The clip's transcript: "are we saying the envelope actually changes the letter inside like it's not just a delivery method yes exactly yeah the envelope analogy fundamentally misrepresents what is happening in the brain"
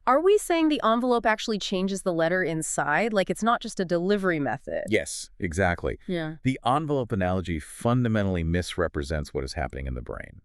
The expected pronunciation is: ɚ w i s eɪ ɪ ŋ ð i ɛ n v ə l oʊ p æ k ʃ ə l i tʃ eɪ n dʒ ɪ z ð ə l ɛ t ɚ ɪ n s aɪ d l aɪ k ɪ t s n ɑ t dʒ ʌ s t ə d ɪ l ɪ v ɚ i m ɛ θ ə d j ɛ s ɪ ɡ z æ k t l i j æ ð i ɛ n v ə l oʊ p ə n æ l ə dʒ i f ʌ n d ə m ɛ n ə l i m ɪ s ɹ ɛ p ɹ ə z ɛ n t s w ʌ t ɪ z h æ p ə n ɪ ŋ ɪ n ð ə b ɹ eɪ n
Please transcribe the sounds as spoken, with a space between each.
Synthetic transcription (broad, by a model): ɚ w i s eɪ ɪ ŋ ð i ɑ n v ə l oʊ p æ k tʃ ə l i tʃ eɪ n dʒ ɪ z ð ə l ɛ t ɚ ɪ n s aɪ d l aɪ k ɪ t s n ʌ t dʒ ʌ s t ə d ɪ l ɪ v ɚ i m ɛ θ ə d j ɛ s ɪ ɡ z æ k t l i j æ ð i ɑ n v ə l oʊ p ə n æ l ə dʒ i f ʌ n d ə m ɛ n l i m ɪ s ɹ ɛ p ɹ ə z ɛ n t s w ʌ t ɪ z h æ p ə n ɪ ŋ ɪ n ð ə b ɹ eɪ n